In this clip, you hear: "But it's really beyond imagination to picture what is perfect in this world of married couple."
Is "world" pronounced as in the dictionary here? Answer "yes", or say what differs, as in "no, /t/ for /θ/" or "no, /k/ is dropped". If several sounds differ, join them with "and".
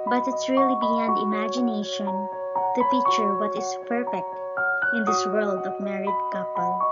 yes